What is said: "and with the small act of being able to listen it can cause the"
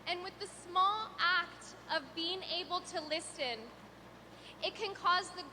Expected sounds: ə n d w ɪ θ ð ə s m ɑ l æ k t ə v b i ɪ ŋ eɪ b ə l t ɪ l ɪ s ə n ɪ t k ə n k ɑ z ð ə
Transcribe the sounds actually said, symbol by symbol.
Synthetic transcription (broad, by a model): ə n w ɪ ð ə s m ɑ l æ k t ə v b i ɪ ŋ eɪ b l t ɪ l ɪ s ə n ɪ t k ə n k ɑ z ð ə